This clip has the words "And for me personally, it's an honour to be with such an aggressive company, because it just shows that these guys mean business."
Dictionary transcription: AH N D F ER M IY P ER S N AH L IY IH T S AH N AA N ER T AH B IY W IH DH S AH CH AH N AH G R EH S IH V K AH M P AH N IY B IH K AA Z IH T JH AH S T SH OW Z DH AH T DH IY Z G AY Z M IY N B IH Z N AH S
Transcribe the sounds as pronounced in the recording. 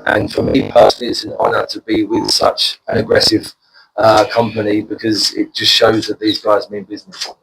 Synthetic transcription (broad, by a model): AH N F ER M IY P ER S N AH L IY IH T S AH N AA N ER T AH B IY W IH DH S AH CH AH N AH G R EH S IH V K AH M P AH N IY B IH K AA Z IH T JH AH S T SH OW Z DH AH T DH IY Z G AY Z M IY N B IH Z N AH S